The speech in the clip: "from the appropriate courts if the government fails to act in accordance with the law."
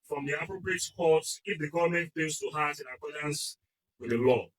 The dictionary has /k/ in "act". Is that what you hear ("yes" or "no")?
no